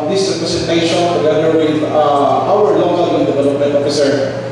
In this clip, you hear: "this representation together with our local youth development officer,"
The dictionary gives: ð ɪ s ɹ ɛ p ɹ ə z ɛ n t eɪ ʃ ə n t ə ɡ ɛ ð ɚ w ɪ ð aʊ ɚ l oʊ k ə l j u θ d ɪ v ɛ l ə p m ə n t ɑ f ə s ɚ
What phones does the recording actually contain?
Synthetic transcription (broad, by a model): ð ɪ s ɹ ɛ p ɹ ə s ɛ t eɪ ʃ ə n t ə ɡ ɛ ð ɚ w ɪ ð aʊ ɚ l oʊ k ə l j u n d ɪ v ɛ l ə p m ə n t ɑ f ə s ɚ